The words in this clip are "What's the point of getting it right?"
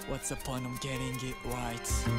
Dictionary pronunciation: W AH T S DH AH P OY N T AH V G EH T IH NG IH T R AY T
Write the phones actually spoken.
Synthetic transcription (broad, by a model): W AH T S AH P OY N AH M G EH T IH NG IH T R AY T